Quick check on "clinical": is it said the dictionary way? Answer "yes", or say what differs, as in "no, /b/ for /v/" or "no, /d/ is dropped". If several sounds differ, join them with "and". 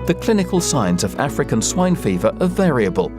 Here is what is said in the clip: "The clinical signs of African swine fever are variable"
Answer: yes